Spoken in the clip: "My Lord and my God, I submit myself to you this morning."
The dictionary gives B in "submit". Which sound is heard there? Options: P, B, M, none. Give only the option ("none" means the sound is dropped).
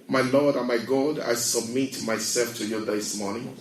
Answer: B